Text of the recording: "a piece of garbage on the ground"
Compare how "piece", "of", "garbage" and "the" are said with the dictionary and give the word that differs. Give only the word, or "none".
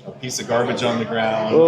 none